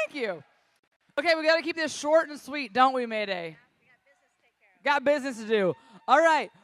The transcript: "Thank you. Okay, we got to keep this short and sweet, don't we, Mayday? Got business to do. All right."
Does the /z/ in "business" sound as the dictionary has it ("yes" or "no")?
yes